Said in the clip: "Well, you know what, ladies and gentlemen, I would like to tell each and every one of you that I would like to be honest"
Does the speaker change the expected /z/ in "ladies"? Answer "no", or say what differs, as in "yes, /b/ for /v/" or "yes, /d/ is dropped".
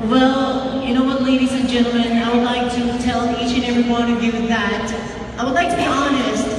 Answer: no